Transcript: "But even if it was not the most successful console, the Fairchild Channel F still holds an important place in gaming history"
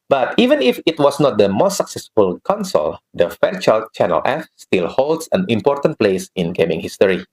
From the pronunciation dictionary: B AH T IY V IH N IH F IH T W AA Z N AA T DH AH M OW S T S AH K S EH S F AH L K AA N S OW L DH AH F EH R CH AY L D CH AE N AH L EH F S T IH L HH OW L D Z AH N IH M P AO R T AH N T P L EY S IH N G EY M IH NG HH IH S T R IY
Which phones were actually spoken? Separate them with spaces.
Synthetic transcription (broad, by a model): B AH T IY V IH N IH F IH T W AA S N AA T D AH M OW S T S AH K S EH S F AH L K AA N S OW L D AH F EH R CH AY L CH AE N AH L EH F S T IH L HH OW L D S AH N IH M P AO R T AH N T P L EY S IH N G EY M IH NG HH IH S T R IY